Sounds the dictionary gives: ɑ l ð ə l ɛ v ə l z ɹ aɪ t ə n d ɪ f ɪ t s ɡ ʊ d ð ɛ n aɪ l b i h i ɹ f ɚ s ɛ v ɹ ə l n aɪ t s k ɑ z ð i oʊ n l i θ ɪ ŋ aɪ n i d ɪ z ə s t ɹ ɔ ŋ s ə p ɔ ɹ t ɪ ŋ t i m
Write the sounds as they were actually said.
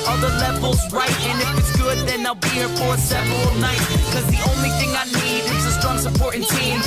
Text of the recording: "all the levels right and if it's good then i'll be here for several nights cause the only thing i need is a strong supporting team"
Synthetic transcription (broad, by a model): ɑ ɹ ð ə l ɛ v l z ɹ aɪ t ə n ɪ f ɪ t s ɡ ʊ d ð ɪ n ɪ l b i h i ɹ f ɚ s ɛ v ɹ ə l n aɪ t k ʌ z ð i oʊ n l i θ ɪ ŋ aɪ n i d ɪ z ə s t ɹ ɔ ŋ s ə p ɔ ɹ t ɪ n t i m